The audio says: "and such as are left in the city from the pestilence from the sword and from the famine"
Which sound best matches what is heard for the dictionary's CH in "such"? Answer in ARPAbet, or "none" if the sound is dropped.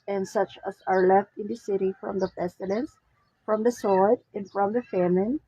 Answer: CH